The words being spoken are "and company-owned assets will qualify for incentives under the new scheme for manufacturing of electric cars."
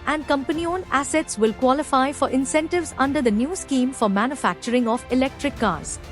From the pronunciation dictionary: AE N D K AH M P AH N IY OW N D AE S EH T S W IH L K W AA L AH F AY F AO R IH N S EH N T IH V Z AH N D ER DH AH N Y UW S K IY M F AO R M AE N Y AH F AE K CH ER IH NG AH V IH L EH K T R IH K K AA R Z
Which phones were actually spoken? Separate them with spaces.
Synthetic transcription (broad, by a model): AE N D K AH M P AH N IY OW N AE S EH T S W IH L K W AA L AH F AY F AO R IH N S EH N T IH V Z AH N D ER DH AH N Y UW S K IY M F AO R M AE N Y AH F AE K CH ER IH NG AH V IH L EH K T R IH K K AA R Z